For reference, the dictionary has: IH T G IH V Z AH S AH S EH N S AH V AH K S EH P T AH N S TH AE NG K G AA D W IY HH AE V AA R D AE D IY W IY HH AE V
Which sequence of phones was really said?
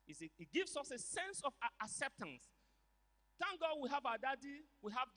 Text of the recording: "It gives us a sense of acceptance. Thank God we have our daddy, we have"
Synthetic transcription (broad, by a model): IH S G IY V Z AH S AH S EH N S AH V AH K S EH P T AH N S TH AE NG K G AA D W IY HH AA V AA D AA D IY W IY HH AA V